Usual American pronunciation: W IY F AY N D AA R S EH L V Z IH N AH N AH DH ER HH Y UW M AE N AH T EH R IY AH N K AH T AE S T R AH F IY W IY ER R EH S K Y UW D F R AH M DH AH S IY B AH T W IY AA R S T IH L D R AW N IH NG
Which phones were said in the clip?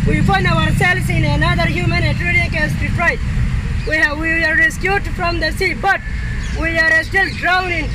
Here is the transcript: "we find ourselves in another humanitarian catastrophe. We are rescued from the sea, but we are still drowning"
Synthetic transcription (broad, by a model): W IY F AY N D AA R S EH L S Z IH N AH N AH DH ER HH Y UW M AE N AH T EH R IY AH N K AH S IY T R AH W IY W IY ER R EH S K Y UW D F R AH M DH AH S IY B AH T W IY AA R S T IH L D R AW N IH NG